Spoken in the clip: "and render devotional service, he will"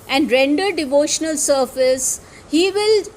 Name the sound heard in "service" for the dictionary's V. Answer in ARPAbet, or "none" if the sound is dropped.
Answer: F